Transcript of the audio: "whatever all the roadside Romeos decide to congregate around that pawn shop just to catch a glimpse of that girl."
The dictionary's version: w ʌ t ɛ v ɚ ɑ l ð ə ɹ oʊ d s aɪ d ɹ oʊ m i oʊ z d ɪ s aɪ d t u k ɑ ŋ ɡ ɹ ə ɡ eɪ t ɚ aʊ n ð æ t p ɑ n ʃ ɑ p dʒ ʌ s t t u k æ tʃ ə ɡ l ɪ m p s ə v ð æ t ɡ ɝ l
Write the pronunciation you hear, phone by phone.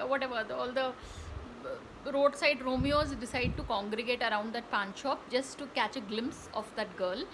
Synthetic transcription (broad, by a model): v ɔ t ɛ v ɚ ɑ l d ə ɹ oʊ d s aɪ d ɹ oʊ m i oʊ z d ɪ s aɪ d t u k ɑ ŋ ɡ ɹ ə ɡ eɪ t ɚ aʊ n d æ t p ɑ n ʃ ɑ p dʒ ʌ s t t u k æ tʃ ə ɡ l ɪ m p s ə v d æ t ɡ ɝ l